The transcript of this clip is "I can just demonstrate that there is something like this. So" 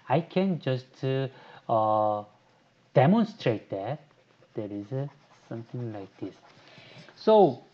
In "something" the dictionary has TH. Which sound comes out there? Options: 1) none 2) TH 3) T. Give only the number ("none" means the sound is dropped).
3